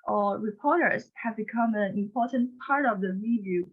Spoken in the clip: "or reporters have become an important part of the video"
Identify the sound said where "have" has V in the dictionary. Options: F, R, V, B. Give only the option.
V